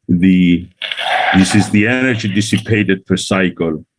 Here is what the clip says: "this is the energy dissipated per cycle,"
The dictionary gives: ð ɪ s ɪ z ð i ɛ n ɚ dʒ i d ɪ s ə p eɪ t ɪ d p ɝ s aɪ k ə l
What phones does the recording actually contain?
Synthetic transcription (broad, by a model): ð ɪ s ɪ z ð i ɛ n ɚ dʒ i d ɪ s ə p eɪ t ɪ d f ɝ s aɪ k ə l